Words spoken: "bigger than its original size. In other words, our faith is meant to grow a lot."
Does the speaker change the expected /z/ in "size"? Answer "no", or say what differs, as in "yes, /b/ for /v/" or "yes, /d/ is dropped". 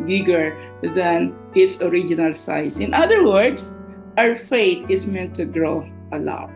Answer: yes, /s/ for /z/